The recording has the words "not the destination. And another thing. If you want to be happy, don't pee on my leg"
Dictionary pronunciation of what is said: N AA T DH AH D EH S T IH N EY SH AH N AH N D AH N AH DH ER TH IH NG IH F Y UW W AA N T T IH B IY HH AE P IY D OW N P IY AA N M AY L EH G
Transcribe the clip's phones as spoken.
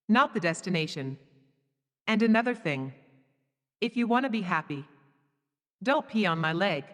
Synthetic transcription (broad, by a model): N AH T DH AH D EH S T IH N EY SH AH N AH N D AH N AH DH ER TH IH NG IH F Y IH W AA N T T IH B IY HH AE P IY D OW N P IY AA N M AY L EH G